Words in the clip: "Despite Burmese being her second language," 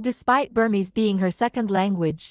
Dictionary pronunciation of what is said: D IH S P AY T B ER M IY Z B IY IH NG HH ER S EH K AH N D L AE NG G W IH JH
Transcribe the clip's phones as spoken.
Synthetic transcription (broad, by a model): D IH S P AY T B ER M IY Z B IY IH NG HH ER S EH K AH N D L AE NG G W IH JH